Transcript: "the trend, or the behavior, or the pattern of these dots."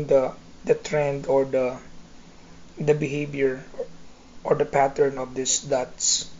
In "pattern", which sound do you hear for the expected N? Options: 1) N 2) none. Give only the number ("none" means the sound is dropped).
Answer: 1